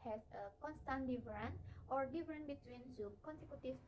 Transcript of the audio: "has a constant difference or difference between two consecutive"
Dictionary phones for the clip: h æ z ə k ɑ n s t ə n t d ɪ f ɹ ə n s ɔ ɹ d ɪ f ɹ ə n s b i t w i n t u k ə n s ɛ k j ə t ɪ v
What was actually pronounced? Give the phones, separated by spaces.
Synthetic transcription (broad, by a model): h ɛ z ə k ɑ n s t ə n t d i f ɹ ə n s ɔ ɹ d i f ɹ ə n b i t w i n s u k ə n s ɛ k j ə t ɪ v